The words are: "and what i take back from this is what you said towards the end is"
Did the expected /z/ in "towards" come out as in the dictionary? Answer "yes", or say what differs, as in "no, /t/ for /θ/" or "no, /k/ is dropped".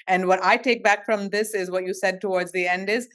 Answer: yes